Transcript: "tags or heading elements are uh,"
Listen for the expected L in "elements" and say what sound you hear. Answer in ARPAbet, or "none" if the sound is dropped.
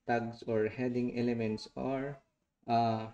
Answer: L